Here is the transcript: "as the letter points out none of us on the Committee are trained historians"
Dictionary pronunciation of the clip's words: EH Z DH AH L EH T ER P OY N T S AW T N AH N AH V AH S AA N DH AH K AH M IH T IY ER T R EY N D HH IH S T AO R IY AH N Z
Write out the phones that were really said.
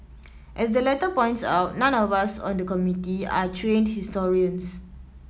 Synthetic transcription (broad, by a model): EH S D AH L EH T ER P OY N T S AW T N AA N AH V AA S AA N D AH K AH M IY T IY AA T R EY N D HH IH S T AO R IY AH N S